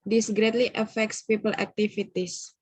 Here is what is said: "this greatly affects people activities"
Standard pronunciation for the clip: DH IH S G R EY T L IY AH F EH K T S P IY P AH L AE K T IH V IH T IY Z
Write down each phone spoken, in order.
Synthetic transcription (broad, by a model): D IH S G R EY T L IY AH F EH K T S P IY P AH L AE K T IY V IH T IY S